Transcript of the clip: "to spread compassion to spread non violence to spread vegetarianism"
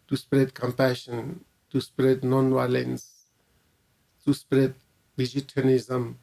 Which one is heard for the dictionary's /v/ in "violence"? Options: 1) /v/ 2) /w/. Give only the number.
2